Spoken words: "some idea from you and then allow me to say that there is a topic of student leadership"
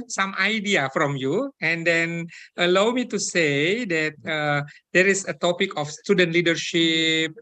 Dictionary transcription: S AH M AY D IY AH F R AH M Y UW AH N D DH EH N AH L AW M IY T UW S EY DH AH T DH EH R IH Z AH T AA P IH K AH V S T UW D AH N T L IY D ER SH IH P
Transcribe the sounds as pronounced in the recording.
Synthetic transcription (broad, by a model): S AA M AY D IY AH F R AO M Y UW AH N D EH N AH L AW M IY T UW S EY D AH T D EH R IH S AH T AA P IH K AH F S T UW D AH N T L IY D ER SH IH P